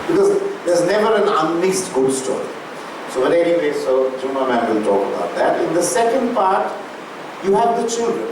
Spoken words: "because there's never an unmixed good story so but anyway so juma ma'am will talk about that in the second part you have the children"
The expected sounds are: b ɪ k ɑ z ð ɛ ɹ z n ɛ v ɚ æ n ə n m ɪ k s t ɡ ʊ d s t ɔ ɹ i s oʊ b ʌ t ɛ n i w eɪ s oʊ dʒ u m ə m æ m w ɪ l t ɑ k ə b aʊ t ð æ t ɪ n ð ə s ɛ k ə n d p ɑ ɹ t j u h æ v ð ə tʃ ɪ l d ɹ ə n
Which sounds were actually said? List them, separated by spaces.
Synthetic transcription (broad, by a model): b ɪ k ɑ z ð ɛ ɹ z n ɛ v ɚ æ n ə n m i s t ɡ ʊ d s t ɔ ɹ i s oʊ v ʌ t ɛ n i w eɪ s oʊ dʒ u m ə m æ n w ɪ l t ɑ k ə b aʊ t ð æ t ɪ n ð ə s ɛ k ə n d p ɑ ɹ t j u h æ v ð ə tʃ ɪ l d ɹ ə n